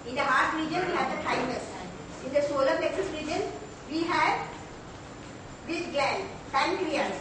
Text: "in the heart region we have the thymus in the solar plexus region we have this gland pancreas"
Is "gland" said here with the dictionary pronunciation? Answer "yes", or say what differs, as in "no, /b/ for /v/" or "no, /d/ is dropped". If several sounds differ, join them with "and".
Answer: no, /l/ is dropped